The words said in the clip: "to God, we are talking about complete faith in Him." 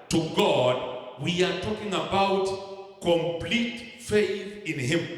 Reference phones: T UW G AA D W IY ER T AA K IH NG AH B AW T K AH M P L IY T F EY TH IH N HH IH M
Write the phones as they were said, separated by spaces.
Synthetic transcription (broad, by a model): T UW G AA D W IY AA T AA K IH NG AH B AW T K AH M P L IY T F EY TH IH N HH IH M